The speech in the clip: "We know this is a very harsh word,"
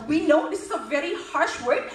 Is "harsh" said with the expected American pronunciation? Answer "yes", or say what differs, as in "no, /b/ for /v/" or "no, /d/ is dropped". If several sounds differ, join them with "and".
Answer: yes